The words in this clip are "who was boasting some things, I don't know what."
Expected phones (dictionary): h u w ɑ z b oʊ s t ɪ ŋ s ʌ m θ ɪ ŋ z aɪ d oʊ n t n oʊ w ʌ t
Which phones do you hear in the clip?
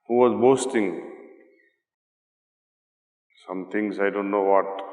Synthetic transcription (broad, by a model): h u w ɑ z b oʊ s t ɪ ŋ s ʌ m t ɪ ŋ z aɪ d oʊ n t n oʊ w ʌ t